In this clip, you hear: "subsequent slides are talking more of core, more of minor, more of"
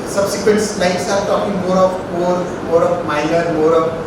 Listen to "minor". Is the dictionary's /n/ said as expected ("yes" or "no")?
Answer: no